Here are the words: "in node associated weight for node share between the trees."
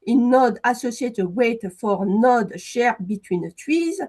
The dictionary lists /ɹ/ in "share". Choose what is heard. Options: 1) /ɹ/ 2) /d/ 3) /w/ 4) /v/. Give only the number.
1